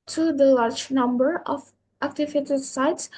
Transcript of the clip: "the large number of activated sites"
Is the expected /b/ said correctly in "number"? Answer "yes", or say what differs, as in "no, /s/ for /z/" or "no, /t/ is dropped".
yes